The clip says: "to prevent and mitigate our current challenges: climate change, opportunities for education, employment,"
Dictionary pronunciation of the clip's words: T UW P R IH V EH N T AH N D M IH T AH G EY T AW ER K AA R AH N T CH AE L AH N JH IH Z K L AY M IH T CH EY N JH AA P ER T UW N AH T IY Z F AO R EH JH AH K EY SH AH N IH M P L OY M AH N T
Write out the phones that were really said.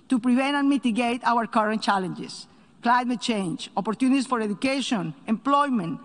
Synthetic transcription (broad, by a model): T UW P R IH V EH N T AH N M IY T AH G EY T AW ER K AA R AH N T CH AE L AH N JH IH S K L AY M IH T CH EY N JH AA P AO T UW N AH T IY S F AO R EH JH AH K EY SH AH N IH M P L OY M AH N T